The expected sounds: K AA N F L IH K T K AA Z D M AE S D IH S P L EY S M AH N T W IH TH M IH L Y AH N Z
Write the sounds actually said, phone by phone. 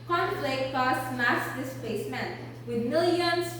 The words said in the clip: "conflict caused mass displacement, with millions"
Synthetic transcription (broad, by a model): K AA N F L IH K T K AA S M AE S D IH S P EY S M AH N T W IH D M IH L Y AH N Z